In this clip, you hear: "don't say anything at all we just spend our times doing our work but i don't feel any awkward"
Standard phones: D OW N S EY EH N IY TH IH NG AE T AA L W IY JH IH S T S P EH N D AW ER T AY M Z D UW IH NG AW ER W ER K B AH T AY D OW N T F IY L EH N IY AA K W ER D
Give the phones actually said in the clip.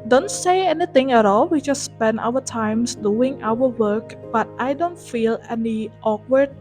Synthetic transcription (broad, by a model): D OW N S EY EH N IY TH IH NG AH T AA L W IY JH IH S T S P EH N D AW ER T AY M S D UW IH NG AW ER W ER K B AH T AY D OW N T F IY L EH N IY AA K W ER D